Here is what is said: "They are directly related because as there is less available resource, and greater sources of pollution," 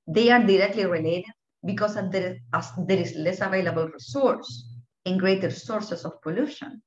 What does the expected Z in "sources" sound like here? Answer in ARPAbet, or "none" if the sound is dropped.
S